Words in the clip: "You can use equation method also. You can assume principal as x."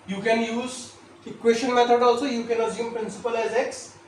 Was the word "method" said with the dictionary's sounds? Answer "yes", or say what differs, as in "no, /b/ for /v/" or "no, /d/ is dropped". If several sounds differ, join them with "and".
no, /t/ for /θ/